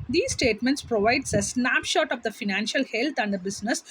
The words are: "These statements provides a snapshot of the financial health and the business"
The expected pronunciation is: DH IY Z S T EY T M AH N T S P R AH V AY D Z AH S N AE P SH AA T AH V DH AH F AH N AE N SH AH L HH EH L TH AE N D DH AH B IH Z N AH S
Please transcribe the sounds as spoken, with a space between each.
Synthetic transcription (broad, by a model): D IY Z S T EY T M AH N T S P R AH V AY D S AH S N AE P SH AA T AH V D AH F AH N AE N SH AH L HH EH L T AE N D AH B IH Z N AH S